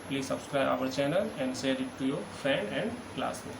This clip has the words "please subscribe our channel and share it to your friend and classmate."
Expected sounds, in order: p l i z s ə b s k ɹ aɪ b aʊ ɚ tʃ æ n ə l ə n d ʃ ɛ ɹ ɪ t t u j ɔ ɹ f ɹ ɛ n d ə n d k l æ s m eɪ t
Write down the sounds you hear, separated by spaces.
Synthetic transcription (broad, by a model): p l i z s ə b s k ɹ aɪ b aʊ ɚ tʃ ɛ n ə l ə n d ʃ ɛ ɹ ɪ t t u j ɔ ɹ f ɛ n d ə n d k l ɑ s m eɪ